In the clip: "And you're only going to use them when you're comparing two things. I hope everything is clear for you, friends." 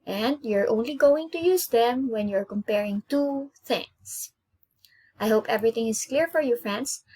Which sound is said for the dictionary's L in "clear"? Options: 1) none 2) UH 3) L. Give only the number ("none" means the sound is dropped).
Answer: 3